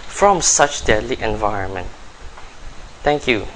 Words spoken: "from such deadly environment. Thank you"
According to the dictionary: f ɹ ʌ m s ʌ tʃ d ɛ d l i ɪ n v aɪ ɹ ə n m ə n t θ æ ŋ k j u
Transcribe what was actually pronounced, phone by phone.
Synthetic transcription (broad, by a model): f ɹ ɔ m s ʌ tʃ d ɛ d l i ɪ n v aɪ ɹ ə n m ə n t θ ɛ ŋ k j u